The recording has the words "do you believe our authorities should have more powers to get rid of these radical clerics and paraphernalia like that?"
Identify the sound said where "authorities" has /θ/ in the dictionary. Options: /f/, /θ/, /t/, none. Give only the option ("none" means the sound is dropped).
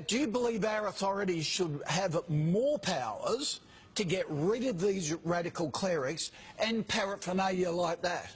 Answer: /θ/